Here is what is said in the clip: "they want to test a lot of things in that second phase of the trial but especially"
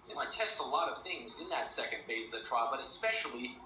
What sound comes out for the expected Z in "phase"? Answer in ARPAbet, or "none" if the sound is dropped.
none